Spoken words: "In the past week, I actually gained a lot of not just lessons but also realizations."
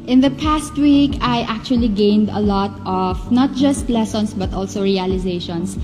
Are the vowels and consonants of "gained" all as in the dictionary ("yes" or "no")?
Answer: yes